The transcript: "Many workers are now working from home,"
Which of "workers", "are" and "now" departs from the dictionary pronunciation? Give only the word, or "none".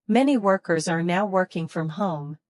none